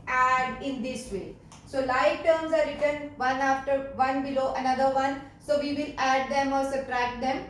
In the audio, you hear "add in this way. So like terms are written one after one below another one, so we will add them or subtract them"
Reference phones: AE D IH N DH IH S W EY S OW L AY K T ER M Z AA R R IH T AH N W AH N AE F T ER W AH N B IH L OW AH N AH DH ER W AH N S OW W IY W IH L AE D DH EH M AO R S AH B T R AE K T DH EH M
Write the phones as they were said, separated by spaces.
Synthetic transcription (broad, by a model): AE D IH N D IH S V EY S OW L AY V T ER M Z AA R R IH T AH N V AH N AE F T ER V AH N B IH L OW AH N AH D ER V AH N S OW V IY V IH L AE D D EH M AO R S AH T R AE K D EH M